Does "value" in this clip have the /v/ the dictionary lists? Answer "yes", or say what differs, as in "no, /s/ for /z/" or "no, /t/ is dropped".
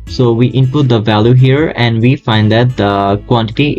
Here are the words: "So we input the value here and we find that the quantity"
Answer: yes